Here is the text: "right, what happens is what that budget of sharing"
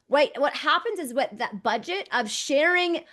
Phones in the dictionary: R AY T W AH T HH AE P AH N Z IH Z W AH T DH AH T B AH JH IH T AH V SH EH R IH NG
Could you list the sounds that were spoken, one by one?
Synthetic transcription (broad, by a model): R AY T W AH T HH AE P AH N Z IH Z W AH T DH AH T B AH JH IH T AH V SH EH R IH NG